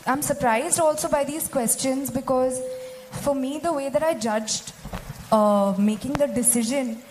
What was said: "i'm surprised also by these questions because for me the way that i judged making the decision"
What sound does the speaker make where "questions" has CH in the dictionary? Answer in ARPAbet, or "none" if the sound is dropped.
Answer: CH